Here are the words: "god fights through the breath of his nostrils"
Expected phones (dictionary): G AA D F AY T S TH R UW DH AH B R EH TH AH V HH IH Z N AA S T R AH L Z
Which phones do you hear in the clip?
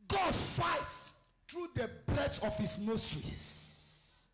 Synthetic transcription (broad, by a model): G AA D F AY T S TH R UW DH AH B L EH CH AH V HH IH S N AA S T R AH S